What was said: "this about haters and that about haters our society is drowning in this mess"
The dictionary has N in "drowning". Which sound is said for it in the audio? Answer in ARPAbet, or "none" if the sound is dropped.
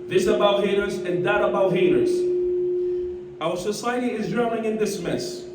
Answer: none